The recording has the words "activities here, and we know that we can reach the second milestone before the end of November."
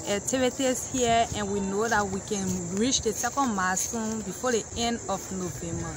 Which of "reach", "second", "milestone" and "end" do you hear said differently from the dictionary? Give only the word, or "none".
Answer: milestone